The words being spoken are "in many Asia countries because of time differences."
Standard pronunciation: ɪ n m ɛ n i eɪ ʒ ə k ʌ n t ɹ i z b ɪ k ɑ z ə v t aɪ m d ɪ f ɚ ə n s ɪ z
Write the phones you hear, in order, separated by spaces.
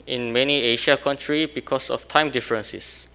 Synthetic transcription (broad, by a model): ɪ n m ɛ n i eɪ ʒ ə k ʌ n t ɹ i b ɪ k ɑ s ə f t aɪ m d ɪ f ɚ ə n s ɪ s